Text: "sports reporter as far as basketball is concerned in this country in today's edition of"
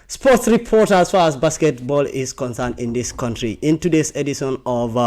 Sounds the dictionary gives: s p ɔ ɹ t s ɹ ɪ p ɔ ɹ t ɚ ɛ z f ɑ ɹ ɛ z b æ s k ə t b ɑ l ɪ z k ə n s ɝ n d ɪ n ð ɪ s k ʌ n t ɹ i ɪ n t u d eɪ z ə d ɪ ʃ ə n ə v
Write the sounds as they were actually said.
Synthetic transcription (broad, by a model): s p ɔ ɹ t s ɹ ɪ p ɔ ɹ t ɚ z f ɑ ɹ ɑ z b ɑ s k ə t b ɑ l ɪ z k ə n s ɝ n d ɪ n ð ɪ s k ʌ n t ɹ i ɪ n t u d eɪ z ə d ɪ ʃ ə n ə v